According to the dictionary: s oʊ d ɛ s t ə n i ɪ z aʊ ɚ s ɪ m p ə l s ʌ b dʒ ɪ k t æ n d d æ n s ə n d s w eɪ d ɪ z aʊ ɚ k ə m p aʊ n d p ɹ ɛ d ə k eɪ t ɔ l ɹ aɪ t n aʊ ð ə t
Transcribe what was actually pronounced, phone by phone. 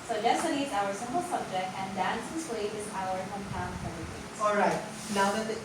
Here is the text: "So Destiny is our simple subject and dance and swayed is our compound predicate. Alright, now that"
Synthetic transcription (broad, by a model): s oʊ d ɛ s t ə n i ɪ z aʊ ɚ s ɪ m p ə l s ʌ b dʒ ɪ k t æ n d d æ n s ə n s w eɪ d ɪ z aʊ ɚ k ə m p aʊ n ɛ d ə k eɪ ɔ l ɹ aɪ t n aʊ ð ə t